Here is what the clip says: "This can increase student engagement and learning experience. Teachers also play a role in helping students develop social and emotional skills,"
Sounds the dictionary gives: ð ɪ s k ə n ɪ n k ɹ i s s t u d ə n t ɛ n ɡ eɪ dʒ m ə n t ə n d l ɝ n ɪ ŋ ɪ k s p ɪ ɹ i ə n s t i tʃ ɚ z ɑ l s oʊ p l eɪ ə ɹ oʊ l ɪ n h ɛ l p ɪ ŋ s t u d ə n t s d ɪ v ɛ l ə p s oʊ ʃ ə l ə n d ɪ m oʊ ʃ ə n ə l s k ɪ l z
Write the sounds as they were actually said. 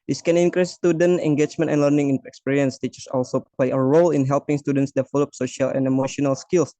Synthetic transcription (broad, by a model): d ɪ s k ə n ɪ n k ɹ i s s t u d ə n t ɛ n ɡ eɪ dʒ m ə n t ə n l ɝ n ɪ ŋ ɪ k s p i ɹ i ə n s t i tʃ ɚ s ɑ l s oʊ p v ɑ ə ɹ oʊ l ɪ n h ɛ l p ɪ ŋ s t u d ə n t s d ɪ f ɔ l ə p s oʊ ʃ ə l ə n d ɪ m oʊ ʃ ə n ə l s k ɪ l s